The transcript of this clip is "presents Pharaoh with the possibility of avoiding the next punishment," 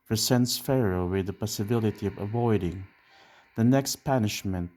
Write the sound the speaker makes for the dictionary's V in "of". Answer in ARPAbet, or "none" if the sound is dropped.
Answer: V